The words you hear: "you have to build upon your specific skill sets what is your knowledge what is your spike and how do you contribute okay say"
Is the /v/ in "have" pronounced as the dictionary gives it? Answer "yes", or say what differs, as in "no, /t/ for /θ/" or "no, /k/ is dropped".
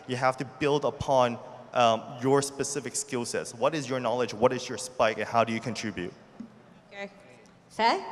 no, /f/ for /v/